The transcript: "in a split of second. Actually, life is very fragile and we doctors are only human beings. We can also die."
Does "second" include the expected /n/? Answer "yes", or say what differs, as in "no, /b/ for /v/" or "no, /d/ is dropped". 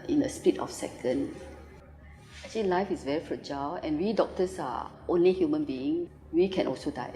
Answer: yes